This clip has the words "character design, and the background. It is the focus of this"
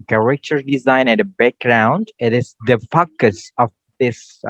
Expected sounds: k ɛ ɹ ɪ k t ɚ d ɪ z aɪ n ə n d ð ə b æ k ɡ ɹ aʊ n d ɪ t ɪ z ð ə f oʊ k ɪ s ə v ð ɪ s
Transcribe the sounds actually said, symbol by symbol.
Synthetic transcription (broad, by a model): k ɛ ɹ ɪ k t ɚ d ɪ z aɪ n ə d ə b æ k ɡ ɹ aʊ n d ɪ t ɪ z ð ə f oʊ k ɪ s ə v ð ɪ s